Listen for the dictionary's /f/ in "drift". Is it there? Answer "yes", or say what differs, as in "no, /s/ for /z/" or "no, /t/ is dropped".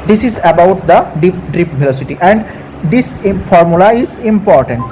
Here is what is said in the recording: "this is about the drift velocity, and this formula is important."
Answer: no, /p/ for /f/